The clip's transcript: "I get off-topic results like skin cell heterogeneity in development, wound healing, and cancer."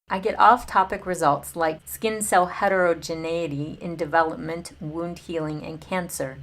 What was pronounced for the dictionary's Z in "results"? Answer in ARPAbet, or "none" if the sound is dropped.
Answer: Z